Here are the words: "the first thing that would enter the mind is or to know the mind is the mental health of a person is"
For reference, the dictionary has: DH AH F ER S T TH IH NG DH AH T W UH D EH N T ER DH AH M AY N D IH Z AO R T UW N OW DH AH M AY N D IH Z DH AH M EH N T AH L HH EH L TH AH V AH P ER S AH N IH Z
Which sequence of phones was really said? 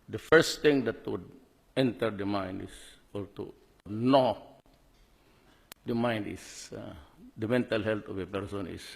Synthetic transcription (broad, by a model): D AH F ER S T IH NG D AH T W UH D EH N T ER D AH M AY N D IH S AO L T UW N OW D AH M AY N D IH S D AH M EH N T AH L HH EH L T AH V AH P ER S AH N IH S